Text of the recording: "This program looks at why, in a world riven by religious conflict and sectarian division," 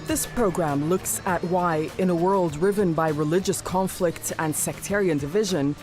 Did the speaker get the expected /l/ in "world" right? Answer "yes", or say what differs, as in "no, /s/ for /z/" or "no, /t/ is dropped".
yes